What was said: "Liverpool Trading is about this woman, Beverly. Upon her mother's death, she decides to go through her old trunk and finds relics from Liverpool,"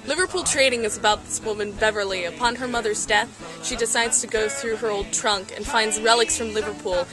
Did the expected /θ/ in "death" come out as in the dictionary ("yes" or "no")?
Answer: yes